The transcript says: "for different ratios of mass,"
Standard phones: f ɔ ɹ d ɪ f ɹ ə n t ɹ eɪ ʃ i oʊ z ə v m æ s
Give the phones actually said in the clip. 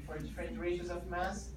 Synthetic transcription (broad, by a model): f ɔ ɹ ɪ ɹ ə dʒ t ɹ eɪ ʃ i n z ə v m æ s